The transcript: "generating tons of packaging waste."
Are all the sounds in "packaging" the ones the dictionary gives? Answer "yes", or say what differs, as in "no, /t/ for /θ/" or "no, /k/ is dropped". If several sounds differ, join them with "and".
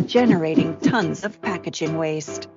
yes